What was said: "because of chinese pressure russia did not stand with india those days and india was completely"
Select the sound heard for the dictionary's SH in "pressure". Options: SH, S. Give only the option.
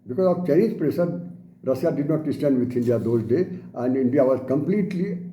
S